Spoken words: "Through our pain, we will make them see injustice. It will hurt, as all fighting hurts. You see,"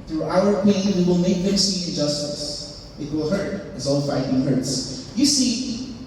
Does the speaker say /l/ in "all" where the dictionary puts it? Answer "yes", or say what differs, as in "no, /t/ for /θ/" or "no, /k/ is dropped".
no, /n/ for /l/